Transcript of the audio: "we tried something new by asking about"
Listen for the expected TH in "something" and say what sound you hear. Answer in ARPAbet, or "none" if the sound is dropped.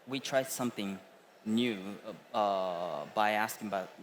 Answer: TH